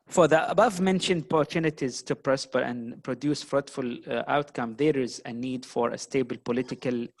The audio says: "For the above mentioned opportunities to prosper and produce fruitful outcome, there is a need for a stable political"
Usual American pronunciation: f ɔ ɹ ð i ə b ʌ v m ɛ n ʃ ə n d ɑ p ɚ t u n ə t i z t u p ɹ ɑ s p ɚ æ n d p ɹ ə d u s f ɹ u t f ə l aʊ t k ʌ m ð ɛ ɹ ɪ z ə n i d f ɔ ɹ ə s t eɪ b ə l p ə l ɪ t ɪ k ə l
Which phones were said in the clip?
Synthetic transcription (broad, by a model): f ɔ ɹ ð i ə b ʌ v m ɛ n ʃ ə n d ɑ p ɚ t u n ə t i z t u p ɹ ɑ s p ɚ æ n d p ɹ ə d u s f ɹ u t f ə l aʊ t k ʌ m ð ɛ ɹ ɪ z ə n i d f ɔ ɹ ə s t eɪ b ə l p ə l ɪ t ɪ k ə l